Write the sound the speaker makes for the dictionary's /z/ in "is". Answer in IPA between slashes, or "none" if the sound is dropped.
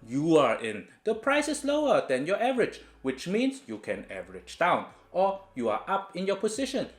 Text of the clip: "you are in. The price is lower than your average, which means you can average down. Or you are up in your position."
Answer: /s/